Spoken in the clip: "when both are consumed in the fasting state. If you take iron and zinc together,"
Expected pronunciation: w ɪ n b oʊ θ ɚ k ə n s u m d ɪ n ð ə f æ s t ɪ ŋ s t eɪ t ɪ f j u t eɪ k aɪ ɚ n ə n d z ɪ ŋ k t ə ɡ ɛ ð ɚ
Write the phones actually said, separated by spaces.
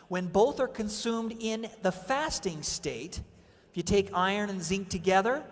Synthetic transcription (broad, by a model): w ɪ n b oʊ θ ɚ k ə n s u m d ɪ n ð ə f æ s t ɪ ŋ s t eɪ t ɪ f j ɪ t eɪ k aɪ ɚ n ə n z ɪ ŋ k t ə ɡ ɛ ð ɚ